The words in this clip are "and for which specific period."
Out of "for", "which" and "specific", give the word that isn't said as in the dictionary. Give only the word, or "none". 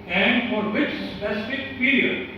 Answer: which